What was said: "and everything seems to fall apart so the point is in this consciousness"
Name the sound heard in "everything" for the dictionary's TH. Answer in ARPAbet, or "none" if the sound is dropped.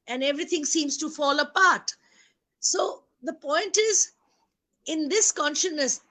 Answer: T